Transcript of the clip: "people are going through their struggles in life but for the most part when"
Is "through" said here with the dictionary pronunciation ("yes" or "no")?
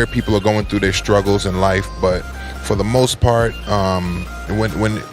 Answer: yes